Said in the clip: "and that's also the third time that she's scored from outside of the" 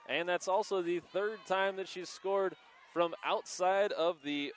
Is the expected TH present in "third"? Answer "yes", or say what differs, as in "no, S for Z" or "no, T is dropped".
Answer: yes